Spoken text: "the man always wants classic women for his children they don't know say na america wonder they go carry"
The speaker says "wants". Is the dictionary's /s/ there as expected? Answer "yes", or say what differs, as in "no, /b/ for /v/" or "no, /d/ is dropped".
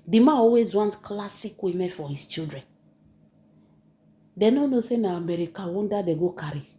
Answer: no, /s/ is dropped